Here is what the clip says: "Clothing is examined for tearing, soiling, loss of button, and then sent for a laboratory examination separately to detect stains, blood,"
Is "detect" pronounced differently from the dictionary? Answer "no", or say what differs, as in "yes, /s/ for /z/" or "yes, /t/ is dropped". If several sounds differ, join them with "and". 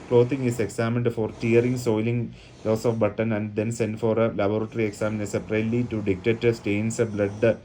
yes, /k/ is dropped